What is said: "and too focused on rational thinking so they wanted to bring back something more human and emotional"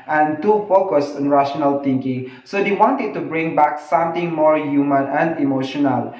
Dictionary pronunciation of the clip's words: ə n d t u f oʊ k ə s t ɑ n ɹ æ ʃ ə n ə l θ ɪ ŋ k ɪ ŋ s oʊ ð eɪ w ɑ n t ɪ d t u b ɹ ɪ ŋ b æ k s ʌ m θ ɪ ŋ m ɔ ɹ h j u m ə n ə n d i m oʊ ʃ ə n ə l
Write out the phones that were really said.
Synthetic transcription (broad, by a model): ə n t u f oʊ k ə s t ɑ n ɹ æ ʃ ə n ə l t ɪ ŋ k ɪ ŋ s oʊ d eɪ w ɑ n t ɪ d t u b ɹ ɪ ŋ b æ k s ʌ m t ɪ ŋ m ɔ ɹ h j u m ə n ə n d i m oʊ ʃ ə n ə l